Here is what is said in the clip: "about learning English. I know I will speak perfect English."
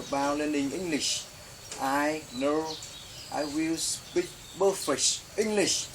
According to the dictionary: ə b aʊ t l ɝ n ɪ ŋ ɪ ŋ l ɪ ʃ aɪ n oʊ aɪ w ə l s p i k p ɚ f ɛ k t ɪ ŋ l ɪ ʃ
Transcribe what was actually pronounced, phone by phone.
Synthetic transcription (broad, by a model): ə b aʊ l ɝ n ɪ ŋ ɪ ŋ l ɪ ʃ aɪ n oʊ aɪ w ə l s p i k b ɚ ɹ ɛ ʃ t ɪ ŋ l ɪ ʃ